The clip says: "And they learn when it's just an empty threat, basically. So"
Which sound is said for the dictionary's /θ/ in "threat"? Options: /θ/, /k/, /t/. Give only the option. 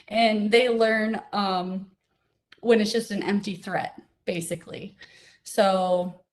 /θ/